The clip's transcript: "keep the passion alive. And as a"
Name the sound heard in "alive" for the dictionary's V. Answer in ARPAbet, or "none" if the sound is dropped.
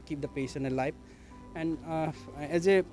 P